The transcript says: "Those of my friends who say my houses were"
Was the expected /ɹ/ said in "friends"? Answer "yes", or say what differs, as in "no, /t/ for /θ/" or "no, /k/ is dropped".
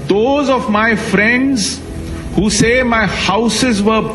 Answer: yes